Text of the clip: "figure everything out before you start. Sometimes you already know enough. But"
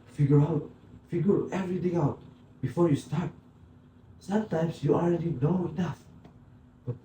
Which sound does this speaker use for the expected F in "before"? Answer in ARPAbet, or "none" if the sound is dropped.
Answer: F